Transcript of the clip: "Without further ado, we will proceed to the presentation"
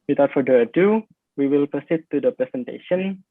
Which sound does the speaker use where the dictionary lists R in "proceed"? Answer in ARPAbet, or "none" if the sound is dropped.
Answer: none